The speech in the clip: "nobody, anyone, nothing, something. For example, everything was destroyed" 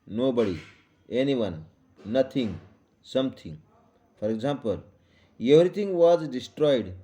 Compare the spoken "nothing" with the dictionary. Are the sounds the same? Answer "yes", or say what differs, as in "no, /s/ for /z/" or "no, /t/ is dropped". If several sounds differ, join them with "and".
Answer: no, /t/ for /θ/